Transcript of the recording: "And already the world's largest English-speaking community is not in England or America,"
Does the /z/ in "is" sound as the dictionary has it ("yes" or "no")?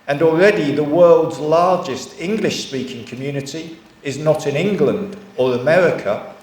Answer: yes